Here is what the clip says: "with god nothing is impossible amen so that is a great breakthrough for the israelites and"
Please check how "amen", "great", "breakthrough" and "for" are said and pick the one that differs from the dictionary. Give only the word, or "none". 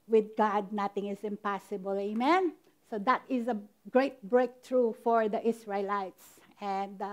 breakthrough